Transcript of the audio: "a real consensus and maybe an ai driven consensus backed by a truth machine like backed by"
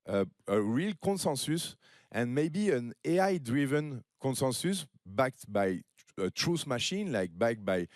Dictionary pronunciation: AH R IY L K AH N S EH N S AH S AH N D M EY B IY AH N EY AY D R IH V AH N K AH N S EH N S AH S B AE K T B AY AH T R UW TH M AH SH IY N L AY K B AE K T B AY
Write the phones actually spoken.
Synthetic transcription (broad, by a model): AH R IY L K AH N S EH N S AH S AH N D M EY B IY AH N EY AY D R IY V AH N K AH N S EH N S AH S B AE K T B AY AH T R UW S M AH SH IY N L AY K B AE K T B AY